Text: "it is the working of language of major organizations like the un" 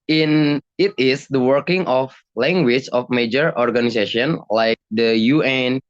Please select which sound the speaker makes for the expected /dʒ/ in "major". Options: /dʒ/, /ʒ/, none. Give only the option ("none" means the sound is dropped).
/dʒ/